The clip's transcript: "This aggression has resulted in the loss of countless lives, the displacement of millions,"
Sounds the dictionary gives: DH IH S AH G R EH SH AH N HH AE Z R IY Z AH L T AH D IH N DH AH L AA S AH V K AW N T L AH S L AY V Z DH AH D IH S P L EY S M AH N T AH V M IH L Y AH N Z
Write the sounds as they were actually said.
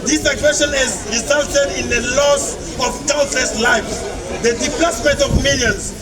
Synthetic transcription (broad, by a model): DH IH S AH G R EH SH AH N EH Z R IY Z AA L T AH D IH N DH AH L AA S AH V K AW L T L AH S L AY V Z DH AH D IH P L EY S M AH N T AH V M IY L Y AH N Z